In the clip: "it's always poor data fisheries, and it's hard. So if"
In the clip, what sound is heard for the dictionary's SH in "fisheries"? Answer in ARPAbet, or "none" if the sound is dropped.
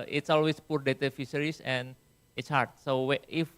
S